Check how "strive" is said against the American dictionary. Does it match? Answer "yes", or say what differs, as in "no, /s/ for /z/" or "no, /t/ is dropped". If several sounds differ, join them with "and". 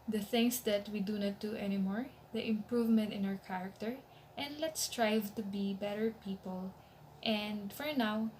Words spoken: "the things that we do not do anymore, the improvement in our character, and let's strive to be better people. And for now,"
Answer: yes